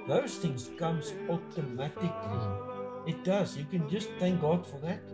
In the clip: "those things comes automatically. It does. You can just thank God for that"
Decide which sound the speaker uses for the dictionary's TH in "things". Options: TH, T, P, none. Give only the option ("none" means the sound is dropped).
TH